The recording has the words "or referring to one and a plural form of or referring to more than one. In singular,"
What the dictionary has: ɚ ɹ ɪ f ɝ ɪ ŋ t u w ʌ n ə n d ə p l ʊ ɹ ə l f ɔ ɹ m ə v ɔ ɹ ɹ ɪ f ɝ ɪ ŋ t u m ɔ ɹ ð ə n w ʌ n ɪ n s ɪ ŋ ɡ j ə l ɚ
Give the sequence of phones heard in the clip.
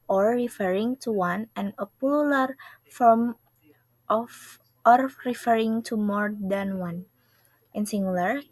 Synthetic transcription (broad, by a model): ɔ ɹ ɪ f ɝ ɪ ŋ t u w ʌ n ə n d ə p ʊ l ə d f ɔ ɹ m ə f ɔ ɹ ɹ ɪ f ɝ ɪ ŋ t u m ɔ ɹ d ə n w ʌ n ɪ n s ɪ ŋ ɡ l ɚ